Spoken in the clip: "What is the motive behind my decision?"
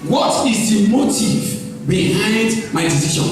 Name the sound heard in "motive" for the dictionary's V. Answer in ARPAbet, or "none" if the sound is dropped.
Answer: V